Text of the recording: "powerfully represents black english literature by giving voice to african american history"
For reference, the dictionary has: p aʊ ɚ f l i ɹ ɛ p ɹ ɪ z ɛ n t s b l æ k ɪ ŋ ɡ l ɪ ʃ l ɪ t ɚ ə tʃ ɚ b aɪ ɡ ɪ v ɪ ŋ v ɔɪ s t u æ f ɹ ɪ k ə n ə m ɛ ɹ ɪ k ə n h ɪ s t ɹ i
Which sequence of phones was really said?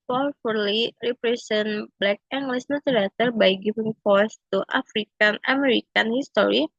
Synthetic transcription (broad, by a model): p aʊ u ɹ l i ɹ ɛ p ɹ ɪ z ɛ n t b l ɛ k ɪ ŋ ɡ l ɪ s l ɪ t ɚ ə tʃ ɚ b aɪ ɡ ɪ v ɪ ŋ f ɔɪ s t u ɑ f ɹ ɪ k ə n ə m ɛ ɹ ɪ k ə n h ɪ s t ɹ i